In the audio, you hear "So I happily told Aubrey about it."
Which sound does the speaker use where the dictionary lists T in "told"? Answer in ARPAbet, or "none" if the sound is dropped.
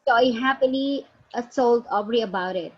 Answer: S